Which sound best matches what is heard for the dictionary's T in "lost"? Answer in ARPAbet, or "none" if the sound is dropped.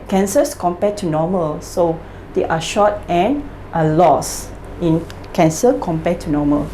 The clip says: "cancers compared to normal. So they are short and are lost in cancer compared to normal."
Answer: none